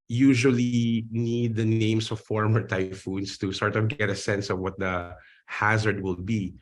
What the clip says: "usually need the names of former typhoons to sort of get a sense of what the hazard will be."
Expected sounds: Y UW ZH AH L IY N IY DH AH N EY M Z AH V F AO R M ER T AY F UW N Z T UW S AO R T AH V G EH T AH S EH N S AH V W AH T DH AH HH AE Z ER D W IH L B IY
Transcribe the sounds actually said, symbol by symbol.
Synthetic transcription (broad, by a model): Y UW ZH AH L IY N IY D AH N EY M S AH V F AO R M ER T AY F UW N S T UW S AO R T AH V G EH T AH S EH N S AH V W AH T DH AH HH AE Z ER D W IH L B IY